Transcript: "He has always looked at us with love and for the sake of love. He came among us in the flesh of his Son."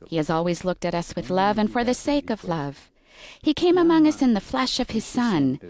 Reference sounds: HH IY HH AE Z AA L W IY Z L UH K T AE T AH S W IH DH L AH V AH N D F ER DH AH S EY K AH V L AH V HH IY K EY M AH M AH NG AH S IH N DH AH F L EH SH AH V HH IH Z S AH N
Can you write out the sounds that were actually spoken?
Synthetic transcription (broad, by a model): HH IY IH Z AA L W IY Z L UH K T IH T AH S W IH DH L AH V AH N F ER DH AH S EY K AH V L AH V HH IY K EY M AH M AH NG AH S IH N DH AH F L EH SH AH V IH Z S AH N